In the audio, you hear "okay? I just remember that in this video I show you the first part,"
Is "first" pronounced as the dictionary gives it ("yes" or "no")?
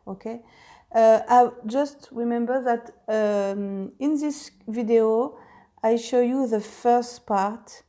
yes